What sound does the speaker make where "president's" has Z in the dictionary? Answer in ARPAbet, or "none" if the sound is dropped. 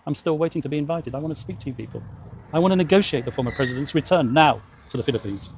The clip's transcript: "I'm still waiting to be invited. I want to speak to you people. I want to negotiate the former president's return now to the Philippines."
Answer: Z